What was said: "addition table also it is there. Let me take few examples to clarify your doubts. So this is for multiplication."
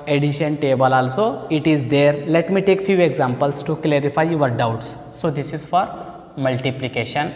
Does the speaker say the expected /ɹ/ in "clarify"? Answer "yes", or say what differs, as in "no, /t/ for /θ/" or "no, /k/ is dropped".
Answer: yes